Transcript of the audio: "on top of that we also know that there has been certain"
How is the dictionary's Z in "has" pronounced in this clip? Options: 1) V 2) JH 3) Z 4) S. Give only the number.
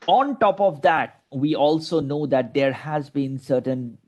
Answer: 3